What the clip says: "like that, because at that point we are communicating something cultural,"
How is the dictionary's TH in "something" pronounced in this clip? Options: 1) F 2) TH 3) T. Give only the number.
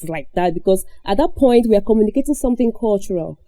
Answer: 2